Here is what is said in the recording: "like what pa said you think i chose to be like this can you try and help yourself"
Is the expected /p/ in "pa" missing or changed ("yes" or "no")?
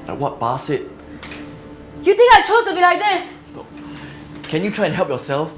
yes